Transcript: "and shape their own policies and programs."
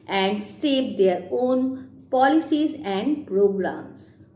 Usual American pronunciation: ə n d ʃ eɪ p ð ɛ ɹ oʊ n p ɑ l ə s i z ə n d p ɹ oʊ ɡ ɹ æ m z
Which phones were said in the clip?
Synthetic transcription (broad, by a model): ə n d s eɪ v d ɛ ɹ oʊ n p ɑ l ə s i z ə n d p ɹ oʊ ɡ ɹ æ m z